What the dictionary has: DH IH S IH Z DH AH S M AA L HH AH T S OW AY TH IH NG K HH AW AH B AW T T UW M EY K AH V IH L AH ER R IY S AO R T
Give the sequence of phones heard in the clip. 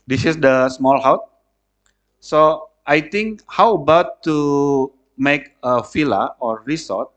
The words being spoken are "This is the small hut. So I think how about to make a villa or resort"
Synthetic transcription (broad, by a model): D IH S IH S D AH S M AA L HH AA T S OW AY T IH NG K HH AW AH B AW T T UW M EY K AH F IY L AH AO R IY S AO T